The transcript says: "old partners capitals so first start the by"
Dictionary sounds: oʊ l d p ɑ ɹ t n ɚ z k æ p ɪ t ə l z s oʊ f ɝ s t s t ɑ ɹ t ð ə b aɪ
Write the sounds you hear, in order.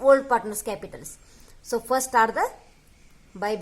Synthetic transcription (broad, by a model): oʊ l d p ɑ ɹ t n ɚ s k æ p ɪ t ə l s s oʊ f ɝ t s t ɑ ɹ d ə b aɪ